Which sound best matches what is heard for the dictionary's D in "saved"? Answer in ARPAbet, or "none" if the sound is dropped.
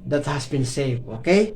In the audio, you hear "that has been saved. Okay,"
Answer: none